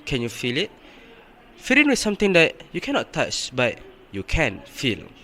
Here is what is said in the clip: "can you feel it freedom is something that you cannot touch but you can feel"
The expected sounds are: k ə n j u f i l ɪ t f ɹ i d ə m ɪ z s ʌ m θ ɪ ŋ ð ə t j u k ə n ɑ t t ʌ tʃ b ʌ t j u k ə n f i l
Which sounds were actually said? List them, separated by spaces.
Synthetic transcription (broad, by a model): k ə n j u f i l ɪ t f i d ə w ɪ s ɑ m t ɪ ŋ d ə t j u k ə n ɑ t t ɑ tʃ b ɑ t j u k ə n f i l